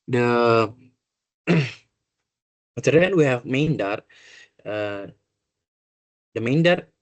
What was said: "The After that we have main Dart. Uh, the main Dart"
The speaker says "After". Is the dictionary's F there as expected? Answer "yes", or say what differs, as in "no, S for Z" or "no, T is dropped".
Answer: no, F is dropped